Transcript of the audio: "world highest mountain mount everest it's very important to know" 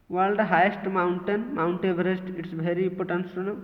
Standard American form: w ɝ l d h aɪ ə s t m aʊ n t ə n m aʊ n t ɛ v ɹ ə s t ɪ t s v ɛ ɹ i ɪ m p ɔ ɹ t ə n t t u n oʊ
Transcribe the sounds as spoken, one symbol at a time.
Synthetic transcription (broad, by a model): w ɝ l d h aɪ ə s t m aʊ n t ə n m aʊ n t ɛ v ɹ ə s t ɪ t s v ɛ ɹ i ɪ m p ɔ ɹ t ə n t s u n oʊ